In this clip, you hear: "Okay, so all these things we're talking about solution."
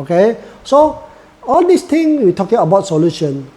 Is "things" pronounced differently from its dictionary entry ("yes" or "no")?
yes